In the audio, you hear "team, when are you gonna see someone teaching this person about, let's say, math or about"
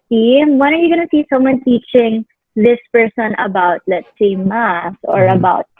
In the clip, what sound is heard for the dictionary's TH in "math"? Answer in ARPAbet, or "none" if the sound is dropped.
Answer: S